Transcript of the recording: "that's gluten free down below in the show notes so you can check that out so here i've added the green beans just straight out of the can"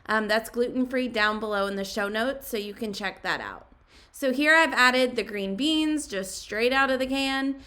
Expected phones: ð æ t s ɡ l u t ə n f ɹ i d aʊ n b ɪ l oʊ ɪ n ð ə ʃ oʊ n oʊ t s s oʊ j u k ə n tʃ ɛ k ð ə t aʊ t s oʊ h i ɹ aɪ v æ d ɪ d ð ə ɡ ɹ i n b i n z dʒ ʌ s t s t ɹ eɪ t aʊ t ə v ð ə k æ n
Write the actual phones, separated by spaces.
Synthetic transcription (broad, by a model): ð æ t s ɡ l u t n f ɹ i d aʊ n b ɪ l oʊ ɪ n ð ə ʃ oʊ n oʊ t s s oʊ j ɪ k ə n tʃ ɛ k ð ə t aʊ t s oʊ h i ɹ aɪ v æ d ɪ d ð ə ɡ ɹ i n b i n z dʒ ʌ s t s t ɹ eɪ t aʊ t ə v ð ə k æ n